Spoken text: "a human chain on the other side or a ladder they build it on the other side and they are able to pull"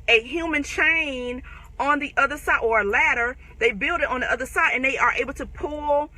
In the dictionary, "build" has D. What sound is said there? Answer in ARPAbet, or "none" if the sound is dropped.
D